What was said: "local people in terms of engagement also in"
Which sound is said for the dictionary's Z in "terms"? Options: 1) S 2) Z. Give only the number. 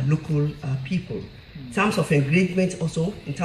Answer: 1